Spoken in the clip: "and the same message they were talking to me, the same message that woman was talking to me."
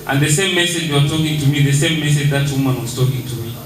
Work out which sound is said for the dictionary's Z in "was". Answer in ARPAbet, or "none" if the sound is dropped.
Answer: S